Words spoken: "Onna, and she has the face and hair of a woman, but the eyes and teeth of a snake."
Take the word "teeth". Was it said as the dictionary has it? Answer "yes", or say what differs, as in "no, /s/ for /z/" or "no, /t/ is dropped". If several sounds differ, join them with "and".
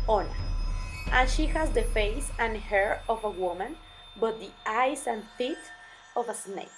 no, /t/ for /θ/